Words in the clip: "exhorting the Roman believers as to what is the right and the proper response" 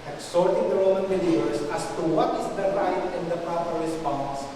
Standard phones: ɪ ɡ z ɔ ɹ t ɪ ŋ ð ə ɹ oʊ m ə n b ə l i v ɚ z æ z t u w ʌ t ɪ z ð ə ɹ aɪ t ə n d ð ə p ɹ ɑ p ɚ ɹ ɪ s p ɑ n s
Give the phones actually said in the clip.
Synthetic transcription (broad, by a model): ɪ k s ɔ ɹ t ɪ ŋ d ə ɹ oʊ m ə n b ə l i ɚ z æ s t u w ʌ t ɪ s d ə ɹ aɪ t ə n d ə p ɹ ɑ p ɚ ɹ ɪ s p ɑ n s